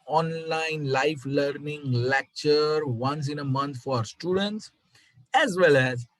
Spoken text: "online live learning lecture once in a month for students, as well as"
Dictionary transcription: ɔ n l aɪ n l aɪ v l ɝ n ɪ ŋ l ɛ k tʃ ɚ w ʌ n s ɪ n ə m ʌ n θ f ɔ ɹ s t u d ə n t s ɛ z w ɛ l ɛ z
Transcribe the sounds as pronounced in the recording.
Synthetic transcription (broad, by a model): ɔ n l aɪ n l aɪ f l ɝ n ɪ ŋ l ɛ k tʃ ɚ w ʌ n s ɪ n ə m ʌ n t f ɔ ɹ s t u d ə n t s ɛ z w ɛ l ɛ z